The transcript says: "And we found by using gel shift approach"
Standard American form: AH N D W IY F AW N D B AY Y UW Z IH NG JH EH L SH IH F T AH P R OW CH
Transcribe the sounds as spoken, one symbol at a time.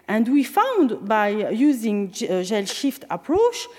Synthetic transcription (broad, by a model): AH N D W IY F AW N D B AY Y UW Z IH NG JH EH L SH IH F T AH P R OW CH